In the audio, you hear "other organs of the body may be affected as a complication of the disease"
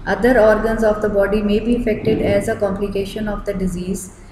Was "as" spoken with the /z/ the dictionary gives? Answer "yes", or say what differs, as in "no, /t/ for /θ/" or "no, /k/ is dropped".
yes